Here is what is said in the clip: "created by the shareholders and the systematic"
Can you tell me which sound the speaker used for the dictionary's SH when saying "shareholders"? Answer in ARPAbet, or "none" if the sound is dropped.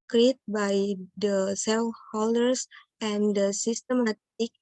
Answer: S